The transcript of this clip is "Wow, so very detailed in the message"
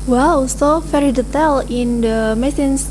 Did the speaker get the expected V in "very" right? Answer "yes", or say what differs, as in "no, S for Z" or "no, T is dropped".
no, F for V